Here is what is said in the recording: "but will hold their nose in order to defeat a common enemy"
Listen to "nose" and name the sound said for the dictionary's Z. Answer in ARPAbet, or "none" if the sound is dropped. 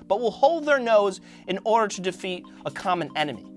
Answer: Z